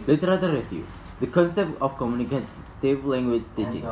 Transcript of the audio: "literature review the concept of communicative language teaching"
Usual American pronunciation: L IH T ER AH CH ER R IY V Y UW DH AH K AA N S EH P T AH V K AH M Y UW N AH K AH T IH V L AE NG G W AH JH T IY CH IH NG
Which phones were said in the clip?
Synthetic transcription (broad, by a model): L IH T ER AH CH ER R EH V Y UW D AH K AA N S EH P T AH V K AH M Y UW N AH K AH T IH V L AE NG G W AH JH T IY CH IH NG